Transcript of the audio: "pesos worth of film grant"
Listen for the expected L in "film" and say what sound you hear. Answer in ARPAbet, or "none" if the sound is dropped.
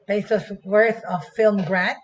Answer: L